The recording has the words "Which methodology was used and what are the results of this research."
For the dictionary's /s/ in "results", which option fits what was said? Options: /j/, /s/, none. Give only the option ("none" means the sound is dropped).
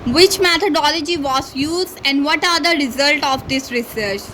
none